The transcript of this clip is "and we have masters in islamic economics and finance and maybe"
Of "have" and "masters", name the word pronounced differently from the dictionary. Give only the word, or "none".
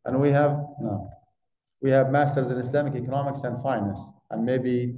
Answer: none